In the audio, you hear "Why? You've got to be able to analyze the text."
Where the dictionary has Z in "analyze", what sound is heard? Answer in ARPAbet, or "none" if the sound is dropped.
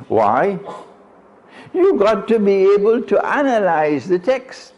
Z